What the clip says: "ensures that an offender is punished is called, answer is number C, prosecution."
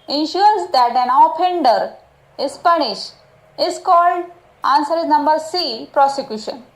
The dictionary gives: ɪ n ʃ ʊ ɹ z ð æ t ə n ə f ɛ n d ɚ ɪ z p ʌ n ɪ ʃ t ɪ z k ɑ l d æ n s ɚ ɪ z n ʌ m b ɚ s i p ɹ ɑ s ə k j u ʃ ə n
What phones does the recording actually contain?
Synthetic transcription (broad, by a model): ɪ n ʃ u ɹ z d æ t ə n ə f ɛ n d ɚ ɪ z p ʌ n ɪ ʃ t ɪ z k ɑ l d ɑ n s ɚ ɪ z n ʌ m b ɚ s i p ɹ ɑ s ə k j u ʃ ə n